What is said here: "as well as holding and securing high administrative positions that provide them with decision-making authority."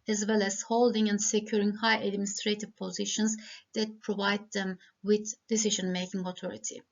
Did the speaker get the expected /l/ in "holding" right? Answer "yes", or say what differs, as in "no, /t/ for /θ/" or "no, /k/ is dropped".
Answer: yes